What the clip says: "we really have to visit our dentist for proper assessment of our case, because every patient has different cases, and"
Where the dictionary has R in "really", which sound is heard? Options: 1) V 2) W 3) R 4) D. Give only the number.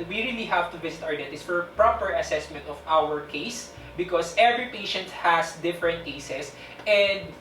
3